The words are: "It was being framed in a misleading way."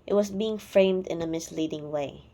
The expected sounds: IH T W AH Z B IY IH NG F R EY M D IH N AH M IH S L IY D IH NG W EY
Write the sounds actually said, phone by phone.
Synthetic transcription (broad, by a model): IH T W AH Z B IY IH NG F R EY M D IH N AH M IH S L IY D IH NG W EY